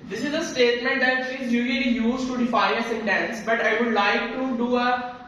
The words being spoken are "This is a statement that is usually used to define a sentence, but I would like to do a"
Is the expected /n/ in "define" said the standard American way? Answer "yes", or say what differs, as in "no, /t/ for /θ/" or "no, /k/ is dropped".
no, /n/ is dropped